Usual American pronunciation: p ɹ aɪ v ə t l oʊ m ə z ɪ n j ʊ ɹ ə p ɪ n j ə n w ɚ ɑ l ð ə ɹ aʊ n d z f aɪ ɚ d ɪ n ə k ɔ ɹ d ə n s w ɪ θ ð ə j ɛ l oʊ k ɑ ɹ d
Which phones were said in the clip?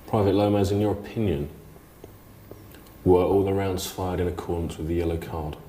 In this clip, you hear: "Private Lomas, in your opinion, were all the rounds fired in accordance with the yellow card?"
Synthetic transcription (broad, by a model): p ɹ aɪ v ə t l oʊ m ə z ɪ n j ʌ ɹ ə p ɪ n j ə n w ɚ ɑ l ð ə ɹ aʊ n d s f aɪ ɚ d ɪ n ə k ɔ d n s w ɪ ð ə j ɛ l oʊ k ɑ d